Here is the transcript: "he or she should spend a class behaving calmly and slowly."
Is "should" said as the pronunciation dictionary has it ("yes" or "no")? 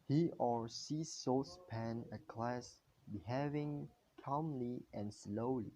no